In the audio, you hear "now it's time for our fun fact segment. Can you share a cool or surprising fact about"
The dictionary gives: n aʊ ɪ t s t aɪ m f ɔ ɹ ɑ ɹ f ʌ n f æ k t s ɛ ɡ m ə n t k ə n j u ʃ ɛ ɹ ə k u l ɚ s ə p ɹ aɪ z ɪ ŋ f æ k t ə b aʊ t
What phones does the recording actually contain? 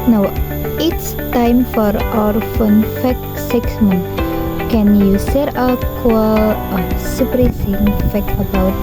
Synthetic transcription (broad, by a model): n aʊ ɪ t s t aɪ m f ɔ ɹ ɑ ɹ f ʌ n f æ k s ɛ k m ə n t k ə n j u s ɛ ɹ ə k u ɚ s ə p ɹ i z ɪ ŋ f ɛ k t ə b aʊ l